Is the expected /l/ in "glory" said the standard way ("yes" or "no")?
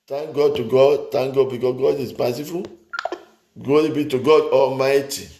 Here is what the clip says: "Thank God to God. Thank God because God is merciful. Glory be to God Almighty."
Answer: no